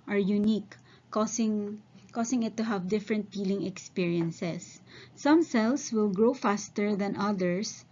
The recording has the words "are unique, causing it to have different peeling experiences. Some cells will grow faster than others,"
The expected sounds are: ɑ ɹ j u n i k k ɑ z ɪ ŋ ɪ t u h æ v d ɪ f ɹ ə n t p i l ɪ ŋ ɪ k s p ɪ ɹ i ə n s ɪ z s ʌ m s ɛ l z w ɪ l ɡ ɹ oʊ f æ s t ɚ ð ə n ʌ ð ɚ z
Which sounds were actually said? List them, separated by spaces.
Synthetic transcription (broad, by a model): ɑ ɹ j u n i k k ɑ s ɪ ŋ ɪ t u h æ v d ɪ f ɹ ə n t f i l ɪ ŋ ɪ k s p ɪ ɹ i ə n s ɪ s ʌ m s ɛ l s w ɪ l ɡ ɹ oʊ f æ s t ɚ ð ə n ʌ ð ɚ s